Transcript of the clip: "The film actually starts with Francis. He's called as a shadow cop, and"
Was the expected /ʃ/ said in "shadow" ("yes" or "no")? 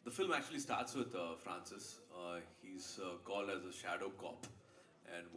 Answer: yes